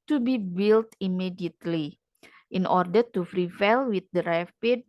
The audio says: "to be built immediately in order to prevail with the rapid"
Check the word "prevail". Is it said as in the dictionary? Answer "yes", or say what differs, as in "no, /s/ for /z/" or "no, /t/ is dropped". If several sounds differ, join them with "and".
no, /f/ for /p/